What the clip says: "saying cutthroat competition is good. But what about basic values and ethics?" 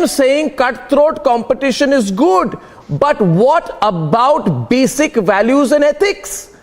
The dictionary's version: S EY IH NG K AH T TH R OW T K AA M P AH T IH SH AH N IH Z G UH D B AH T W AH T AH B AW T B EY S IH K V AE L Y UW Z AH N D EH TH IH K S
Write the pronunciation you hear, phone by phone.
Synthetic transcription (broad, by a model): S EY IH NG K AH T T R OW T K AA M P AH T IH SH AH N IH Z G UH D B AH T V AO T AH B AW T B EY S IH K V AE L Y UW Z AH N D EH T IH K S